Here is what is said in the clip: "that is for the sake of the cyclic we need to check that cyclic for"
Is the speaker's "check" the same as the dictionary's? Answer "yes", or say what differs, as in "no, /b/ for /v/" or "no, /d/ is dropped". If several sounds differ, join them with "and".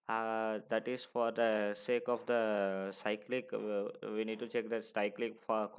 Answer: yes